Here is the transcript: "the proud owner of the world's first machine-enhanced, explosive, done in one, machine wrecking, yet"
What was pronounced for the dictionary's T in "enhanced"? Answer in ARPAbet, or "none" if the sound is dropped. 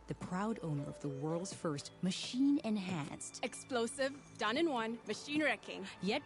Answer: T